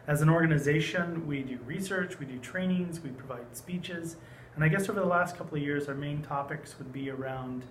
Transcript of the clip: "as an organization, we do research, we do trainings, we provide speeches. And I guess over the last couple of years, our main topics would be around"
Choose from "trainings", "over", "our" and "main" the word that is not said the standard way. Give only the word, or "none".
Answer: none